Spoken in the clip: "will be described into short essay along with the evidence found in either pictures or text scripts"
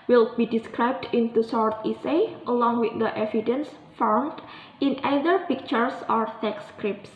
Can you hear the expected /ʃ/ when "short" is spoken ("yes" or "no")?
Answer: no